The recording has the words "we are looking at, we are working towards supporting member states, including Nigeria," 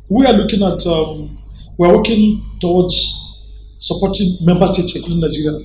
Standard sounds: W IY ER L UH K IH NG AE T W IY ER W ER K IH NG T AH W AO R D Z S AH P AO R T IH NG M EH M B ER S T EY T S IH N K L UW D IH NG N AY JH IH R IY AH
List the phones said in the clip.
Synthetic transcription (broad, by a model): W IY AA L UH K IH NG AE T W IY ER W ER K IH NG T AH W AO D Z S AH P AO T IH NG M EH M B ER S T EY T S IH K UW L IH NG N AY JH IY R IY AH